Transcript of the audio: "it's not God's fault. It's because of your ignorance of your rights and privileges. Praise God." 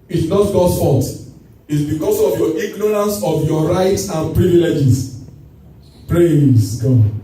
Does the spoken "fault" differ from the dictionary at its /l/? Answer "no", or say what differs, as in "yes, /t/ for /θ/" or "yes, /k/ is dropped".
yes, /l/ is dropped